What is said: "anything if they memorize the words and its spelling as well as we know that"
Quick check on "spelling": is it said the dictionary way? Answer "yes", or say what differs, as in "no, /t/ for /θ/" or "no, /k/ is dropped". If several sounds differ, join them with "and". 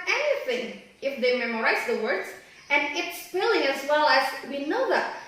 no, /f/ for /p/